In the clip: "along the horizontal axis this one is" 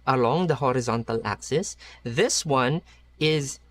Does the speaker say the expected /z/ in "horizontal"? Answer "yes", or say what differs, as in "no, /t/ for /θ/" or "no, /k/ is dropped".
yes